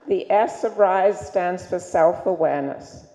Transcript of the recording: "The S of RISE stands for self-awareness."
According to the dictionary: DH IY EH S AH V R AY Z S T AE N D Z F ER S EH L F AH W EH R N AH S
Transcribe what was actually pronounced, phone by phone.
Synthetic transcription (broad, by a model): DH IY EH S AH V R AY Z S T AE N D Z F ER S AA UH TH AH W EH R N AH S